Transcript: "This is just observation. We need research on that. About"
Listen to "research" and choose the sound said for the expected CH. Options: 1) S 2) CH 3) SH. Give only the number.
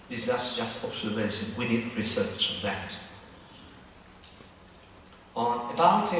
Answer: 2